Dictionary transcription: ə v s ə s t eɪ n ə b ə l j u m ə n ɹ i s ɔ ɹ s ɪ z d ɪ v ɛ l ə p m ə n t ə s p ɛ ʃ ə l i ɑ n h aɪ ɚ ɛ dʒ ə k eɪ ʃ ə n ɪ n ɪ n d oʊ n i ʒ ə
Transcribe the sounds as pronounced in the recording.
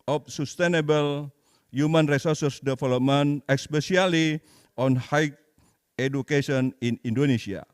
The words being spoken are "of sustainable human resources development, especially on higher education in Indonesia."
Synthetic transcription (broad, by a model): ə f s ə s t eɪ n ə b ə l j u m ə n ɹ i s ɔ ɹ s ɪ s d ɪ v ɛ l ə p m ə n ə s p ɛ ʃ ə l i ɑ n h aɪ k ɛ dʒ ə k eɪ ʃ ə n ɪ n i n d oʊ n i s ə